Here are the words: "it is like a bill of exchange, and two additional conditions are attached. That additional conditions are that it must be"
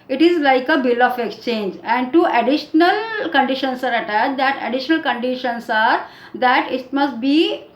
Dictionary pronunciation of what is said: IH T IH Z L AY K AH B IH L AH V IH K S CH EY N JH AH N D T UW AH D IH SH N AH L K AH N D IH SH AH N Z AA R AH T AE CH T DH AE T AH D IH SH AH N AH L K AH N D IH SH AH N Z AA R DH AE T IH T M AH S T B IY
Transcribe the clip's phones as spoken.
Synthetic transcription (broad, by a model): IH T IH Z L AY K AH B IH L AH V IH K S CH EY N JH AH N D T UW AH D IH SH N AH L K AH N D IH SH AH N S AA R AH T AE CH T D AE T AH D IH SH AH N AH L K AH N D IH SH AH N S AA R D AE T IH T M AH S T B IY